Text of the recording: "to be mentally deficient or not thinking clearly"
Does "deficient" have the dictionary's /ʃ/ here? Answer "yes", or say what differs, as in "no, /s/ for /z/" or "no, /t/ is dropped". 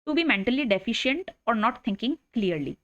yes